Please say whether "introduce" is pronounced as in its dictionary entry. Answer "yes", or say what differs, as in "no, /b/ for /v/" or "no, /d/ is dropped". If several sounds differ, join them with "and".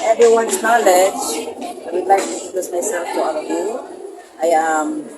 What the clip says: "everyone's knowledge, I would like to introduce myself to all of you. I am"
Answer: no, /ɹ/ is dropped